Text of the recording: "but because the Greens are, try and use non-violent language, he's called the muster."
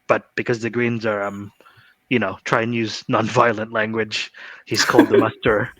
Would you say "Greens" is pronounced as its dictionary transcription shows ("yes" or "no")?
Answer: yes